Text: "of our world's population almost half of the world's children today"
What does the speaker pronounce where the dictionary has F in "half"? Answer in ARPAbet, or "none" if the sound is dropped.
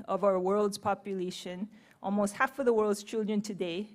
F